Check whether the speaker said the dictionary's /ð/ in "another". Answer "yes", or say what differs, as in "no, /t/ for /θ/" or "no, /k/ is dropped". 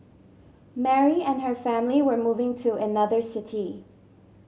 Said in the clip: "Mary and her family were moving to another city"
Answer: yes